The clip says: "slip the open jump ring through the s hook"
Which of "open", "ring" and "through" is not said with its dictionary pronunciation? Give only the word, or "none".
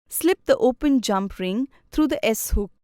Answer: through